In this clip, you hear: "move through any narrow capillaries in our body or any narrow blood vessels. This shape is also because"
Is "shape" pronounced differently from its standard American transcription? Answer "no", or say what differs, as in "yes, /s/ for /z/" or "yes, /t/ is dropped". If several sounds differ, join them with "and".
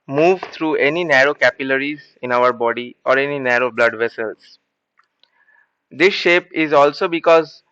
no